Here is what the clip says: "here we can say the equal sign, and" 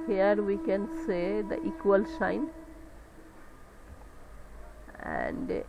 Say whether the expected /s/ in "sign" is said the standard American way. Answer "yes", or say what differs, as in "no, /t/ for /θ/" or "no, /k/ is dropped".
no, /ʃ/ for /s/